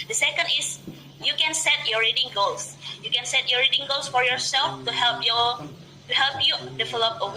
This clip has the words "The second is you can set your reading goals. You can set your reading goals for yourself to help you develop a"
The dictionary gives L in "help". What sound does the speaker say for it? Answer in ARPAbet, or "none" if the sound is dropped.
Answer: L